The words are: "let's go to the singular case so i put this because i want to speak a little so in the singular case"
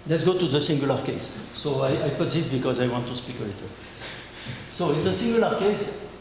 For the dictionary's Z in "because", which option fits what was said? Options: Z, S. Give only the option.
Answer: Z